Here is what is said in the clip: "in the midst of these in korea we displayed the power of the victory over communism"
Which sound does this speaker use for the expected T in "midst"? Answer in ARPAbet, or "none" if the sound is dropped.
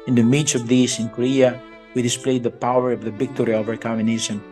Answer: none